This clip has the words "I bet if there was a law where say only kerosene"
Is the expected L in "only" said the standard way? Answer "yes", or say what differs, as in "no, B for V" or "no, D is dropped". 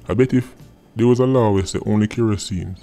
yes